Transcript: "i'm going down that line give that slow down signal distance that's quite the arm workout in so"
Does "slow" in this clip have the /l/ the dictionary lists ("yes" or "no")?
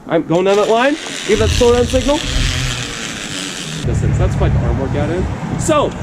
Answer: no